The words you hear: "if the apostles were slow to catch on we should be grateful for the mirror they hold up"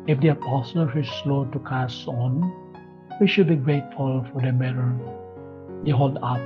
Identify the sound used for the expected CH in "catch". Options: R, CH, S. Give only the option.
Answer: S